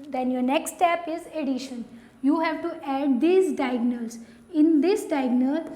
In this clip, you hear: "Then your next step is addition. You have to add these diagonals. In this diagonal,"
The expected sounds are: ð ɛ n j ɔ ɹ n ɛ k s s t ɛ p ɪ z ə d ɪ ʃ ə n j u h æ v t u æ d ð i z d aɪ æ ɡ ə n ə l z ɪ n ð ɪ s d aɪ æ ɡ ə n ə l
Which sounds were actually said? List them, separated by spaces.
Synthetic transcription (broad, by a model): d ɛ n j ɔ ɹ n ɛ k s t t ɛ p ɪ z ə d ɪ ʃ ə n j u h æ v t u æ d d i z d aɪ ɡ n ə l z ɪ n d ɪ s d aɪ ɡ n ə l